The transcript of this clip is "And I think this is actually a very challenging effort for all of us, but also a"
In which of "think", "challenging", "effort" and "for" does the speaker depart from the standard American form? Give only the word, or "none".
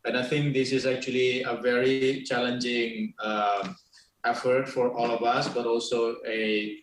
think